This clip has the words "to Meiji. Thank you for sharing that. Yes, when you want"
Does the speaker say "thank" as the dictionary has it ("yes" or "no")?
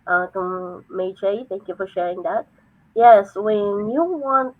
yes